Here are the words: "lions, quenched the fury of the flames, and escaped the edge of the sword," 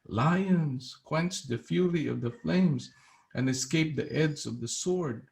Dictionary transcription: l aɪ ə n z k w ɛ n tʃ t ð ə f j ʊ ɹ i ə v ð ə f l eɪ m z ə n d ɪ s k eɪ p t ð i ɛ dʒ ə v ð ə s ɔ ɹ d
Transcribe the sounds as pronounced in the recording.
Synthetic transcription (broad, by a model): l aɪ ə n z k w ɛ n tʃ ð ə f j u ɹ i ə v ð ə f l eɪ m z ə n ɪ s k eɪ p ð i ɛ z ə v ð ə s ɔ ɹ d